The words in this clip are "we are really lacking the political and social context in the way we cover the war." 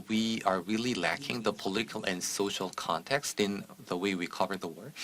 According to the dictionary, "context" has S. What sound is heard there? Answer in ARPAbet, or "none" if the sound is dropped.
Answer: S